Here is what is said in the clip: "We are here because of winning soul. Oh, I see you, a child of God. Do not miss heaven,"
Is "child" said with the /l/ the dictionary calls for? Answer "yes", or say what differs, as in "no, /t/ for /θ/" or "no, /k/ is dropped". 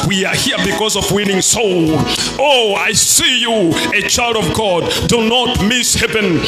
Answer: yes